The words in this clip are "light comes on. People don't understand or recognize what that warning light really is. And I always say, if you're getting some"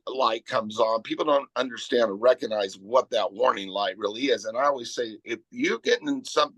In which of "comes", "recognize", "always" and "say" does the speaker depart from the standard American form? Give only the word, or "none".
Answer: none